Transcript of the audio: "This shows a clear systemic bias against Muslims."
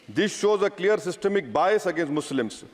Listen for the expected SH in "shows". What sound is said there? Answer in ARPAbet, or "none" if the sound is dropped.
SH